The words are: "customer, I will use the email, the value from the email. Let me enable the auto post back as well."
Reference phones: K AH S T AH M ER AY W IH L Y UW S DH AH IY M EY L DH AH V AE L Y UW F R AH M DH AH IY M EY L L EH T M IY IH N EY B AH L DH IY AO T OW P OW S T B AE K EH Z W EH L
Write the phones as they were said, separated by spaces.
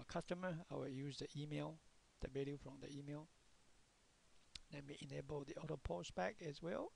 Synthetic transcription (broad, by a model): K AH S T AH M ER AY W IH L Y UW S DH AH IY M EY L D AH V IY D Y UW F R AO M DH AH IY M EY L N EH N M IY IH N EY B AH L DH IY AO T OW P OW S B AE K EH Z W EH L